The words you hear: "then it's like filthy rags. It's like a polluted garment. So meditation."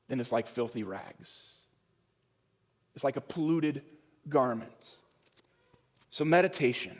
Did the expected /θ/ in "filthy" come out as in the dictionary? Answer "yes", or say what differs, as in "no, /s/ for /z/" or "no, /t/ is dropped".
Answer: yes